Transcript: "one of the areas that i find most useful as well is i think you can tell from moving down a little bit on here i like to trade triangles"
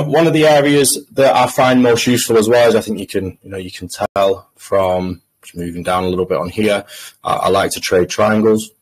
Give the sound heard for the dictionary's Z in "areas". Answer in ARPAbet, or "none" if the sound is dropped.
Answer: Z